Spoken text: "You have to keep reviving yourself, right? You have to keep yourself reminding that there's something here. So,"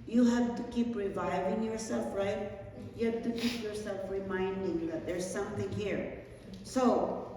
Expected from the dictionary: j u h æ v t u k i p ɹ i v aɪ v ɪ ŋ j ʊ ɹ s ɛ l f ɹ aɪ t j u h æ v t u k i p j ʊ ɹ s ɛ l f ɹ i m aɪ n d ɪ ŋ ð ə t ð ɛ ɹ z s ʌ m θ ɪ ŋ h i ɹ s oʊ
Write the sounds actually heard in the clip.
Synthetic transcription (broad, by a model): j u h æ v t u k i p ɹ i v aɪ v ɪ ŋ j ʊ ɹ s ɛ l f ɹ aɪ t j u h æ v t u k i p j ʊ ɹ s ɛ l f ɹ i m aɪ n d ɪ ŋ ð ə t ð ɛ ɹ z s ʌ m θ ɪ ŋ h i ɹ s oʊ